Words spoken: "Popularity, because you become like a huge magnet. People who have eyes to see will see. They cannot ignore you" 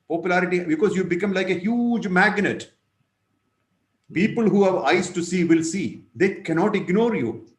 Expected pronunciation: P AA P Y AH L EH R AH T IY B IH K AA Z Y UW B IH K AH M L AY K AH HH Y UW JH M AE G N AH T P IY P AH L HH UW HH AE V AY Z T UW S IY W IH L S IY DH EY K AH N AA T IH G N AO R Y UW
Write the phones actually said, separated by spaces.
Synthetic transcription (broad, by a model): P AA P Y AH L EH R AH T IY B IH K AA Z Y UW B IH K AH M L AY K AH HH Y UW JH M AE G N AH T P IY P AH L HH UW HH AE V AY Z T UW S IY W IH L S IY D EY K AH N AA T IH G N AO R Y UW